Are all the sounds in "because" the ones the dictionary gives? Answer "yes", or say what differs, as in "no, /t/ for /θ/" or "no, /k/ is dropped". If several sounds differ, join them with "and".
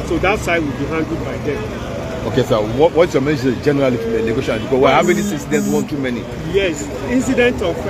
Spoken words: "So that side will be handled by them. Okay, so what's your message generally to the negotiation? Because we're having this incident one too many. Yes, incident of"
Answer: no, /z/ is dropped